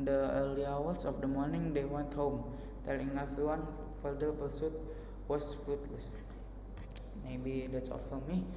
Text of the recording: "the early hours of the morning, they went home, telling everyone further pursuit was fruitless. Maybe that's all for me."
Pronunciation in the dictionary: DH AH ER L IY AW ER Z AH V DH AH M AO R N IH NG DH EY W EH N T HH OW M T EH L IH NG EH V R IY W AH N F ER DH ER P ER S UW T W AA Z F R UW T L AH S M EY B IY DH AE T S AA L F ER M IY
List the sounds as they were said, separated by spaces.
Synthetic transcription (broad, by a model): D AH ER L IY AW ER S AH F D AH M AO R N IH NG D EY W EH N T HH OW M T EH L IH NG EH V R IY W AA N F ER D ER B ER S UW T W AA S F R UW T L AH S M EY B IY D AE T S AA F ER M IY